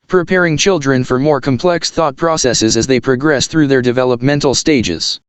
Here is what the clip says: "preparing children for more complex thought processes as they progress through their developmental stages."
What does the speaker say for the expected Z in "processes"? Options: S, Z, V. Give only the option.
Z